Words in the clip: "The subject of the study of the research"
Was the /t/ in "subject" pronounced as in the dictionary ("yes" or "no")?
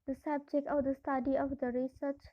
no